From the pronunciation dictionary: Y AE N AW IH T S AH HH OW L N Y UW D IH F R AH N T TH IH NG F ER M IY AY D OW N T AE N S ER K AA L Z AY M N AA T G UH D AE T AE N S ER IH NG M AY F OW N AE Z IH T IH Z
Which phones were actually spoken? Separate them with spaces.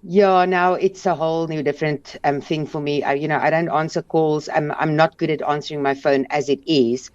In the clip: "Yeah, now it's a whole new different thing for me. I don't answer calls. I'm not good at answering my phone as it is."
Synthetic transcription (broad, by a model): Y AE N AW IH T S AH HH OW L N Y UW D IH F R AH N T TH IH NG F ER M IY AY D OW N T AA N S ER K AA L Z AY M N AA T G UH D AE T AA N S ER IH NG M AY F OW N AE Z IH T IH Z